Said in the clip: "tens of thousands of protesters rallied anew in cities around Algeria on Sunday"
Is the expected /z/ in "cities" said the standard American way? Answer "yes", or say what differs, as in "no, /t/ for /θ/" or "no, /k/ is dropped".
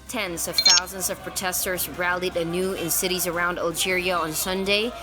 yes